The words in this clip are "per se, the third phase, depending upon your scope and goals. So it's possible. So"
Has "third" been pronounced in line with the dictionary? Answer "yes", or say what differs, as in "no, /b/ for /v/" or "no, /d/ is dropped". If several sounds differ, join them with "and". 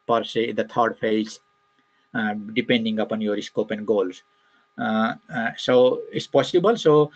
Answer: no, /t/ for /θ/